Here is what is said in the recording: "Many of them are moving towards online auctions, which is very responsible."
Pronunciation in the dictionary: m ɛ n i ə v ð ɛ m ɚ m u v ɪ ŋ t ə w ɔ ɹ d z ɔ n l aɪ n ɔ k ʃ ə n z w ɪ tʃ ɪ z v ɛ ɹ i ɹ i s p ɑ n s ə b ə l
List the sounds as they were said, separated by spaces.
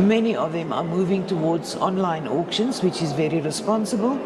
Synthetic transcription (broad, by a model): m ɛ n i ə v ð ɛ m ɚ m u v ɪ ŋ t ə w ɔ d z ɔ n l aɪ n ɔ k ʃ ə n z w ɪ tʃ ɪ z v ɛ ɹ i ɹ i s p ɑ n s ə b ə l